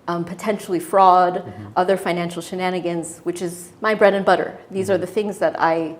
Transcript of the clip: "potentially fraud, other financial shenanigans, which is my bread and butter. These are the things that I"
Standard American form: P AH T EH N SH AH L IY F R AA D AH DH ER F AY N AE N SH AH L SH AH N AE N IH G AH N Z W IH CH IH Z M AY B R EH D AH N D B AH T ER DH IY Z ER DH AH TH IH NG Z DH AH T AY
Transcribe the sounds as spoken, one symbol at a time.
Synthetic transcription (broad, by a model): P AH T EH N SH L IY F R AA D AH DH ER F AY N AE N SH L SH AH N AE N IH G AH N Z W IH CH IH Z M AY B R EH D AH N B AH T ER DH IY Z ER DH AH TH IH NG Z DH AH T AY